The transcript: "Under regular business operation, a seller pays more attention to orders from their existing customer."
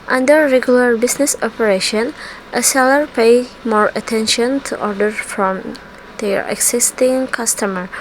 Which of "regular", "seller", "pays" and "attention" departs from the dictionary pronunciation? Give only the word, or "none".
pays